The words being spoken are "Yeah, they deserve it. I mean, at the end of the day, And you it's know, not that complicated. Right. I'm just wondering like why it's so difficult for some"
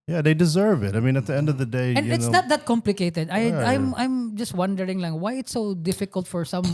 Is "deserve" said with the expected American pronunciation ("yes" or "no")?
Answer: yes